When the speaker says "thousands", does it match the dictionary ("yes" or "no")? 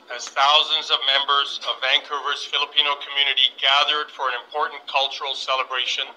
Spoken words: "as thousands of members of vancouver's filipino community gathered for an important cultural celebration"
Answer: yes